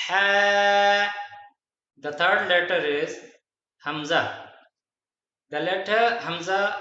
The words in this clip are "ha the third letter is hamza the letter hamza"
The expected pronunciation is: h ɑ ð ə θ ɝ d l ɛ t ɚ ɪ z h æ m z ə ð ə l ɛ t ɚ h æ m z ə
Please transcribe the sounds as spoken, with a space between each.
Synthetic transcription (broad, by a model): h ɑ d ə t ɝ d l ɛ t ɚ ɪ z h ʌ m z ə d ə l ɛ t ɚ h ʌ m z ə